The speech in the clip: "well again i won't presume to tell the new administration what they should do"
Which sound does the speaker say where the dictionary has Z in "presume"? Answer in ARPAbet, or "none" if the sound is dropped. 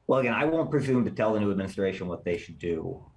Z